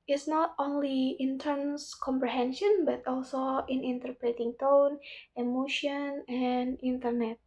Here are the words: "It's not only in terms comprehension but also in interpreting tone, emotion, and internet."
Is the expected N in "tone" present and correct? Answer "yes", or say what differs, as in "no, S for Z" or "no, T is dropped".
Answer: yes